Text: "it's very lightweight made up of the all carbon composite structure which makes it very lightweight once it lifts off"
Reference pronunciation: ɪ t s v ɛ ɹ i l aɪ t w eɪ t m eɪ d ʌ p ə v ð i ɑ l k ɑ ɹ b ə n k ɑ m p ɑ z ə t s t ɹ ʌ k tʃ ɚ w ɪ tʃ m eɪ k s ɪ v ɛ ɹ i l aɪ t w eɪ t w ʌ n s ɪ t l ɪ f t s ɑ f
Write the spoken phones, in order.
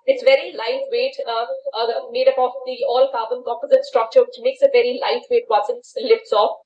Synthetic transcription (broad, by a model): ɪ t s v ɛ ɹ i l aɪ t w eɪ t m eɪ d ʌ p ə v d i ɑ l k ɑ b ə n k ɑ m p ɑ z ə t s t ɹ ʌ k tʃ ɚ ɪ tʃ m eɪ k s ɪ v ɛ ɹ i l aɪ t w eɪ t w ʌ s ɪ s l ɪ f t s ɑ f